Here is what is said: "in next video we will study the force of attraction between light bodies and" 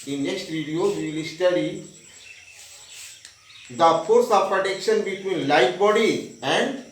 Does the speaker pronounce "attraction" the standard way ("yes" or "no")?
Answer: no